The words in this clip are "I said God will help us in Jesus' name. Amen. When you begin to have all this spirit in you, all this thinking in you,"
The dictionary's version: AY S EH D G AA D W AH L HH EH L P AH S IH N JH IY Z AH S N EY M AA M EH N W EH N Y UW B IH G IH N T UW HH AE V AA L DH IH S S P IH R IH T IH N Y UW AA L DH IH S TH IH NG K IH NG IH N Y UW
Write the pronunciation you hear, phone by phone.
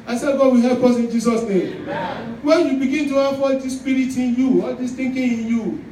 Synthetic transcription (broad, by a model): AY S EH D G AA D W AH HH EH P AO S IH N JH IY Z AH S N EY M M W EH N Y UW B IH G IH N T UW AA F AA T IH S S P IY R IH T IH N Y UW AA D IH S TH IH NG K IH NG IH N Y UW